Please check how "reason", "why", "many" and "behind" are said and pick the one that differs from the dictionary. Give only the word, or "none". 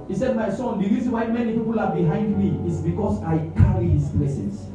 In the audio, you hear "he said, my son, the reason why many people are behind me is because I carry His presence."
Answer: reason